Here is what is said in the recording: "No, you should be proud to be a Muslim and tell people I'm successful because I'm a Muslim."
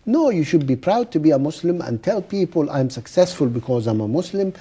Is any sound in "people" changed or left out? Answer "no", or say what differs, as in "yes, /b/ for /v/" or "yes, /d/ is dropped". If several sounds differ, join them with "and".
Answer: no